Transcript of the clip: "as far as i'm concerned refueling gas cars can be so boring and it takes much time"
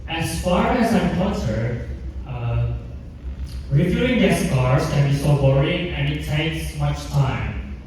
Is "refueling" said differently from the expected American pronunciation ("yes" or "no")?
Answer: yes